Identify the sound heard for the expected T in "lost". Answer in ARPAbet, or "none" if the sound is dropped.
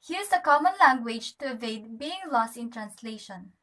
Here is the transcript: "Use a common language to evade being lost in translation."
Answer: T